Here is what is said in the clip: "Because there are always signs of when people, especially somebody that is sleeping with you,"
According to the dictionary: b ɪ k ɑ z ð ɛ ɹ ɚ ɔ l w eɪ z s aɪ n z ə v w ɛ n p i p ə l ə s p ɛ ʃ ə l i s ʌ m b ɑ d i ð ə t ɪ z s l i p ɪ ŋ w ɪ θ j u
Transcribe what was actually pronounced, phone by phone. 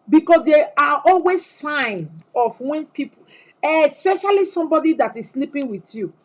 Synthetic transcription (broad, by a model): b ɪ k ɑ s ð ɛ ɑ ɔ l w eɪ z s aɪ n ə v w ɛ n p i p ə ə s p ɛ ʃ ə l i s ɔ m b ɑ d i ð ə t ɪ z s l i p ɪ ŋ w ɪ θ j u